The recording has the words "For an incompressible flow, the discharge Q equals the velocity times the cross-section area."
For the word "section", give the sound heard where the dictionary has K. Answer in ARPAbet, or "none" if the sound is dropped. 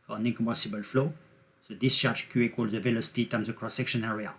K